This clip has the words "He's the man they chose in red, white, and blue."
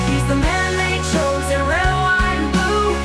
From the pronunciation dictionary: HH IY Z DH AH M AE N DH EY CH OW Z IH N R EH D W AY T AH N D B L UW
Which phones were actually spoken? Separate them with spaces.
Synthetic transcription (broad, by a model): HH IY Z DH AH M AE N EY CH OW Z IH N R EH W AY AH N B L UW